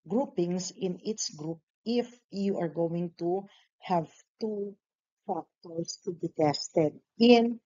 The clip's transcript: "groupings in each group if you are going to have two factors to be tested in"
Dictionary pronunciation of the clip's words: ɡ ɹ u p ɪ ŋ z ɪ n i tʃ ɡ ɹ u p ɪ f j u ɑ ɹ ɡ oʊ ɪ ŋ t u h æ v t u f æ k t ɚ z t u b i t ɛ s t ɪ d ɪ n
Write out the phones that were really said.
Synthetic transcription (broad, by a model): ɡ ɹ u p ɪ ŋ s ɪ n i s ɡ ɹ u p ɪ f j u ɑ ɹ ɡ oʊ ɪ ŋ t u h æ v t u f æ k t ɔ s t u b i t ɛ s t ɪ d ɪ n